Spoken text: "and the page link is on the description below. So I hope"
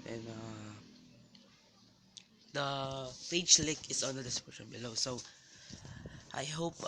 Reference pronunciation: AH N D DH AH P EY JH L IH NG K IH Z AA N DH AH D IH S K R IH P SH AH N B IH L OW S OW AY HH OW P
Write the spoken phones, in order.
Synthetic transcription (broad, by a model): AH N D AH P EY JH L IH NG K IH S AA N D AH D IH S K IH SH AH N B IH L OW S OW AY HH OW P